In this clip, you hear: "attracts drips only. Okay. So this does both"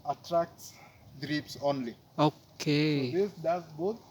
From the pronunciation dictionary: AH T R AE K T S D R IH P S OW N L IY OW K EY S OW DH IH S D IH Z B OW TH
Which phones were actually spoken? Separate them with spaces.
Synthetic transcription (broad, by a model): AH T R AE K T S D R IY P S OW N L IY OW K EY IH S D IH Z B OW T